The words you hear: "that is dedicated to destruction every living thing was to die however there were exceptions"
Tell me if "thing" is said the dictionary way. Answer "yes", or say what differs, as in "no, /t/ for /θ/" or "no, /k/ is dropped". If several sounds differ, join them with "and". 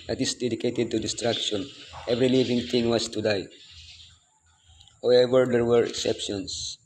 no, /t/ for /θ/